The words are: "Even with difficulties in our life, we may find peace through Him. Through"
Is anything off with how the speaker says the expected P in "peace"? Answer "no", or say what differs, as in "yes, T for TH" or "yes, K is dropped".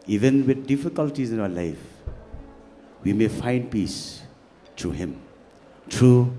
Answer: no